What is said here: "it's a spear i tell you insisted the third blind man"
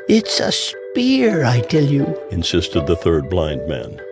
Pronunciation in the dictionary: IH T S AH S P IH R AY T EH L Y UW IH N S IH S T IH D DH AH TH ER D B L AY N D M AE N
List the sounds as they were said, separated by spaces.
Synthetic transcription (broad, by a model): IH T S AH S P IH R AY T EH L Y UW IH N S IH S T IH D DH AH TH ER D B L AY N D M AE N